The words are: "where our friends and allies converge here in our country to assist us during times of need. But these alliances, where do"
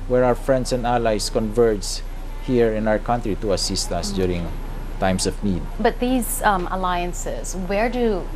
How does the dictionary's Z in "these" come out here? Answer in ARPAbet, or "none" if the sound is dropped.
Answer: Z